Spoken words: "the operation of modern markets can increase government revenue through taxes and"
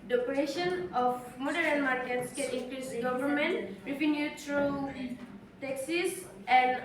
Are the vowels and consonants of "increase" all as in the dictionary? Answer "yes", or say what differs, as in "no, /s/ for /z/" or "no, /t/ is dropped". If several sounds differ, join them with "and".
no, /l/ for /ɹ/